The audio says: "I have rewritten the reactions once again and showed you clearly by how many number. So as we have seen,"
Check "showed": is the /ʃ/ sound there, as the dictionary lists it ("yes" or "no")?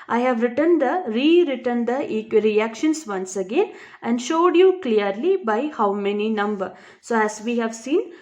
yes